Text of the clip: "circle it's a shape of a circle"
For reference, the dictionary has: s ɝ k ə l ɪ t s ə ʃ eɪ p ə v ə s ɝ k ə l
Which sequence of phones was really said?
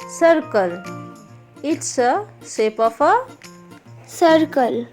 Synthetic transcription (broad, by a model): s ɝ k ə l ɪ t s ə s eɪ p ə f ə s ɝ k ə l